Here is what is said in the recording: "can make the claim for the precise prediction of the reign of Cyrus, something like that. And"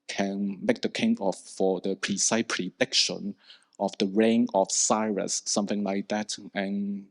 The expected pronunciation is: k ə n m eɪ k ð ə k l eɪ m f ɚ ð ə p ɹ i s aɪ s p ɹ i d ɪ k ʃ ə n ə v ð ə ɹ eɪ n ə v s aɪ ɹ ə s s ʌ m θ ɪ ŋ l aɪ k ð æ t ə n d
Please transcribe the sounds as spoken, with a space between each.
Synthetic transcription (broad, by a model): k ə n m eɪ k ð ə k eɪ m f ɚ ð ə p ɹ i s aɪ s p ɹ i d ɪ k ʃ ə n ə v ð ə ɹ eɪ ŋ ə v s aɪ ɹ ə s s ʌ m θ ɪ ŋ l aɪ k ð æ t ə n